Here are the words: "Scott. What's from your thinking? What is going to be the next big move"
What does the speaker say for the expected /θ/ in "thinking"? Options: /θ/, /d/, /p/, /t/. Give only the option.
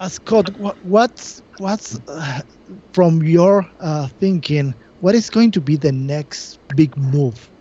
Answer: /θ/